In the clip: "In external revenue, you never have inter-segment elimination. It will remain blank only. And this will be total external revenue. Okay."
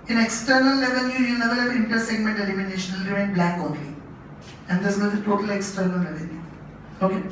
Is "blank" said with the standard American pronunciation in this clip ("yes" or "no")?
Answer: no